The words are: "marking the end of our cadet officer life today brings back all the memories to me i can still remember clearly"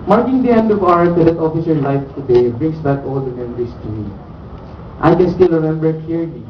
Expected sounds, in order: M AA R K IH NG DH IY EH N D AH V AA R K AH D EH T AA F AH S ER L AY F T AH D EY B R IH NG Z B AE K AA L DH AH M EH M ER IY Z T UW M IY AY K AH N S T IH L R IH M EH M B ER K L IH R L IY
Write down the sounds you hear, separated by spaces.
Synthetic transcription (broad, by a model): M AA R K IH NG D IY EH N D AH V AA R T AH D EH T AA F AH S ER L AY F T AH D EY B R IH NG S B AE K AA L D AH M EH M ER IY S T UW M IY AY K AH N S T IH L R IH M EH M B ER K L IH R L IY